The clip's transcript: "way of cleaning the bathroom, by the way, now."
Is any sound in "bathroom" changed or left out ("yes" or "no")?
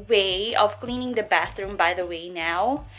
no